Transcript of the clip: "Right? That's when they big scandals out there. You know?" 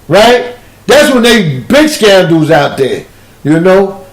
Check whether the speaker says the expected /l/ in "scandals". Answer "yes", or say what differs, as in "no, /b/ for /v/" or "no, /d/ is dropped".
no, /l/ is dropped